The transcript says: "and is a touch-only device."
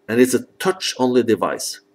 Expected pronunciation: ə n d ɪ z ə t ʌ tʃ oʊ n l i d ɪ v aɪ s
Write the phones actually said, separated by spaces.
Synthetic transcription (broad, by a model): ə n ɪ s ə t ʌ tʃ oʊ n l i d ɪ v aɪ s